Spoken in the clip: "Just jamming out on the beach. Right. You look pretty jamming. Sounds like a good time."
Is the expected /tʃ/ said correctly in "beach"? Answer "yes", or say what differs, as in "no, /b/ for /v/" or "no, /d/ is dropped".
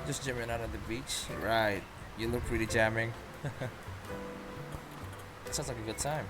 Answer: yes